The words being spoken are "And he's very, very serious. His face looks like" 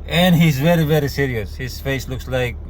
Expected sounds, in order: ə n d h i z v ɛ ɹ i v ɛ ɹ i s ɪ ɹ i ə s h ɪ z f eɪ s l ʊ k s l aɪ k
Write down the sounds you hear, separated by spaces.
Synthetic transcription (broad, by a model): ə n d h i z v ɛ ɹ i v ɛ ɹ i s ɪ ɹ i ə s h ɪ z f eɪ s l ʊ k s l aɪ k